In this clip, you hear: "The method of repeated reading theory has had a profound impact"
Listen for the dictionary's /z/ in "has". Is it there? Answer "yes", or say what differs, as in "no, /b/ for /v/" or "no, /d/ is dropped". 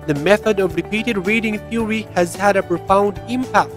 yes